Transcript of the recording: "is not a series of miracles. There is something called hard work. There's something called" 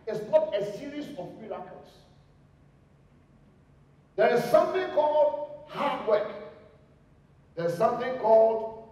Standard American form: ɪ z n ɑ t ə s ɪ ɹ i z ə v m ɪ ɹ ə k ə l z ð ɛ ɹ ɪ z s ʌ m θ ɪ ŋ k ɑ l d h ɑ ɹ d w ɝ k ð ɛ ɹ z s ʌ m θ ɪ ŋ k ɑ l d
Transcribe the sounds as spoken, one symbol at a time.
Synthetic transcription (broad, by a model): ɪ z n ɑ t ə s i ɹ i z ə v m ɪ l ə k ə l s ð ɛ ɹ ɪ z s ʌ m θ ɪ ŋ k ɑ l d h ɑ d w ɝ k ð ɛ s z s ʌ m θ ɪ ŋ k ɑ l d